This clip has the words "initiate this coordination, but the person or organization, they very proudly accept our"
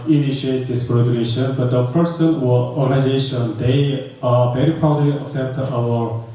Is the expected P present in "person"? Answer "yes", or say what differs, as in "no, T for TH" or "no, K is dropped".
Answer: no, F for P